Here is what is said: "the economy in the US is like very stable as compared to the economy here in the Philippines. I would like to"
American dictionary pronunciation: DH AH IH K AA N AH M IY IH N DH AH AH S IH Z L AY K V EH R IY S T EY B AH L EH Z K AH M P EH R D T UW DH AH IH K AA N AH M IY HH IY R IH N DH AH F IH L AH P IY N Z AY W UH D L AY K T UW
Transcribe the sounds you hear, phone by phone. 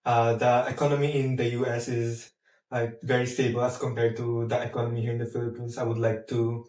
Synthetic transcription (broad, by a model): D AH IH K AA N AH M IY IH N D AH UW S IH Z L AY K V EH R IY S T EY B AH L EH S K AH M P EH R D T UW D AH IH K AA N AH M IY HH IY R IH N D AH F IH L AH P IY N S AY W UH D L AY K T UW